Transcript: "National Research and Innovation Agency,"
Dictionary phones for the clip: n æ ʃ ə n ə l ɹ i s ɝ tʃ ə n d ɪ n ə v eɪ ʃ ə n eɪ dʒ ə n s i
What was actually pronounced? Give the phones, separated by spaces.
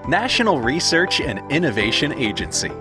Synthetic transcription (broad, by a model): n æ ʃ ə n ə l ɹ i s ɝ tʃ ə n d ɪ n ə v eɪ ʃ ə n eɪ dʒ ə n s i